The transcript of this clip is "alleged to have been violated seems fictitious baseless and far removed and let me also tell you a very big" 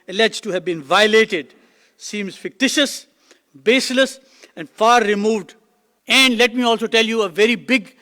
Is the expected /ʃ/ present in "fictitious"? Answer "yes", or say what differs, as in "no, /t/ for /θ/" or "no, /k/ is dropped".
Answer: yes